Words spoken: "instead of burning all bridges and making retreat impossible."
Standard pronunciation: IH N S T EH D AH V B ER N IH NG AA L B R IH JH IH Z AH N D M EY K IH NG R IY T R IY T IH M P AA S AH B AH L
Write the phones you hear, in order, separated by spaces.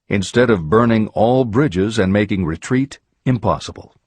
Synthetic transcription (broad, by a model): IH N S T EH D AH V B ER N IH NG AA L B R IH JH IH Z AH N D M EY K IH NG R IY T R IY T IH M P AA S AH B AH L